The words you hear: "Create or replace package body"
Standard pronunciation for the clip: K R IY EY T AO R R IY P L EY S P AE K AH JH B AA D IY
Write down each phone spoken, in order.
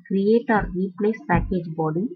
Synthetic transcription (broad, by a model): K R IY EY T AO R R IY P N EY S P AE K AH JH B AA D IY